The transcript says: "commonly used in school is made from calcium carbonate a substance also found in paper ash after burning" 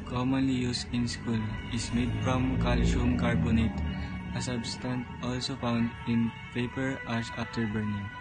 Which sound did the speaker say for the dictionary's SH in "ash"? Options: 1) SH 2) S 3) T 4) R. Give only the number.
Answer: 2